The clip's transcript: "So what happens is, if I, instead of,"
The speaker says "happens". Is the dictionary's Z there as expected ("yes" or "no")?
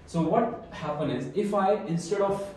no